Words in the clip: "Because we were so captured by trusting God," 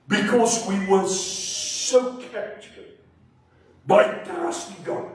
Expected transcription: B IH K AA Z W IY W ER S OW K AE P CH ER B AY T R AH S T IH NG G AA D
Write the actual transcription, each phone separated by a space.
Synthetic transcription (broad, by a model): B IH K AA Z W IY W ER S OW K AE CH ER B AY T AH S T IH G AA